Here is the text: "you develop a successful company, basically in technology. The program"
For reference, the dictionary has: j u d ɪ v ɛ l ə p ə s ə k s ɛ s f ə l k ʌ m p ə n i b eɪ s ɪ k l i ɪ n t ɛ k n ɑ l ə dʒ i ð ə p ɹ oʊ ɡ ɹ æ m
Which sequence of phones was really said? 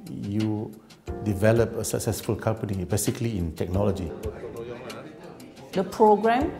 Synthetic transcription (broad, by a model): j u d ɪ v ɛ l ə p ə s ə k s ɛ s f ə l k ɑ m p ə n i b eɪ s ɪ k l i ɪ n t ɛ k n ɑ l ə dʒ i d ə p ɹ oʊ ɡ ɹ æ m